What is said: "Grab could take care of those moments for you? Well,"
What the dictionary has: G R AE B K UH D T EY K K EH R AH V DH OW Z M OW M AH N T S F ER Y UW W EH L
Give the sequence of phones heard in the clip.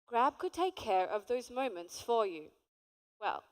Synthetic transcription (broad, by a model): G R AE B K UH D T EY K K EH R AH V DH OW Z M OW M AH N T S F ER Y UW W EH L